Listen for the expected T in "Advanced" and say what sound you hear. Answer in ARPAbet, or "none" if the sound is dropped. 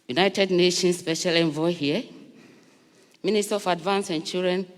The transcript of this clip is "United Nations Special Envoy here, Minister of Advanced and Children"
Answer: none